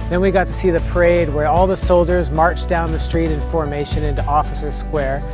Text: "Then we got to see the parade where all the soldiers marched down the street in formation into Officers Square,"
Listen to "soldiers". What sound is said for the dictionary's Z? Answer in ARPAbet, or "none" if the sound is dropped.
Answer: Z